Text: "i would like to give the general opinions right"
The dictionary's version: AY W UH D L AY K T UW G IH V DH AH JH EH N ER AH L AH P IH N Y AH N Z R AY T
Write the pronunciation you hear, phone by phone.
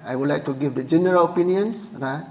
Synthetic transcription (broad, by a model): AY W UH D L AY K T UW G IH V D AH JH EH N ER AH L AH P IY N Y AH N S R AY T